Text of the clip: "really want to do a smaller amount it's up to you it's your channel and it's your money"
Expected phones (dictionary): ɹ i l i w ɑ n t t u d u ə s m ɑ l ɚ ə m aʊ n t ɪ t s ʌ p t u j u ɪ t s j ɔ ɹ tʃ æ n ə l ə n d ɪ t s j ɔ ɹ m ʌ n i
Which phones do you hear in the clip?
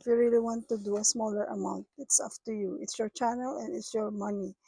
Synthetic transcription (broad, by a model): ɹ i l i w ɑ n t t u d u ə s m ɑ l ɚ ə m aʊ n t ɪ t s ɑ f t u j u ɪ t s j ɔ ɹ tʃ æ n ə l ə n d ɪ t s j ɔ ɹ m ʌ n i